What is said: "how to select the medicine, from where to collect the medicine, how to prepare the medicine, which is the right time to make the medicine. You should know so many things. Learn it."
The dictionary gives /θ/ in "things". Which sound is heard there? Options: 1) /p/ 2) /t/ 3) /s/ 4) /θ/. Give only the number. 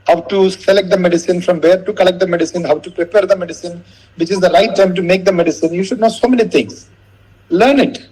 2